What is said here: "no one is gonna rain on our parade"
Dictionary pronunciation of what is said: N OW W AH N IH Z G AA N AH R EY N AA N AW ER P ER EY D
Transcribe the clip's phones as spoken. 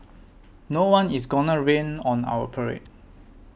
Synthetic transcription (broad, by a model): N OW W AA N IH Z G AA N AH R EY N AA N AW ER P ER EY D